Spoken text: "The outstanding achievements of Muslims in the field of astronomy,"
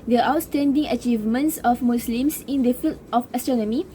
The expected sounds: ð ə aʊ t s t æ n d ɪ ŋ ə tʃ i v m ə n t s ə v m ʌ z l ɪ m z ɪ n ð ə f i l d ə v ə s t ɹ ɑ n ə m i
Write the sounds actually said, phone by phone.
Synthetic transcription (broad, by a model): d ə aʊ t s t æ n d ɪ ŋ ə tʃ i v m ə n t s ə f m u s l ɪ m s ɪ n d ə f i l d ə f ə s t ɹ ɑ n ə m i